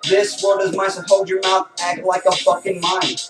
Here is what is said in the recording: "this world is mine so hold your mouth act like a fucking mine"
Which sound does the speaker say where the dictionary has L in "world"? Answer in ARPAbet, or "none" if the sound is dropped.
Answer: none